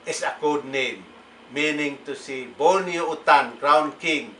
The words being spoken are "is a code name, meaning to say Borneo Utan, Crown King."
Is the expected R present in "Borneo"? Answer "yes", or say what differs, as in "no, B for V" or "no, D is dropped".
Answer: no, L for R